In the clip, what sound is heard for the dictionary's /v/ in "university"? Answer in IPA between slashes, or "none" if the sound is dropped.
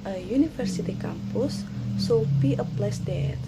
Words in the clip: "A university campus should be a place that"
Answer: /f/